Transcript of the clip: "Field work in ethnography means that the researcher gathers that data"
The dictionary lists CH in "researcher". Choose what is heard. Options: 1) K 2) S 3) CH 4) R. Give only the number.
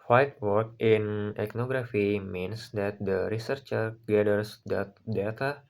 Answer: 3